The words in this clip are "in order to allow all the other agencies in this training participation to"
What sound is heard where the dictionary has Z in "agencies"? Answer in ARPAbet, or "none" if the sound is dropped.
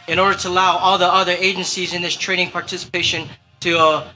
Z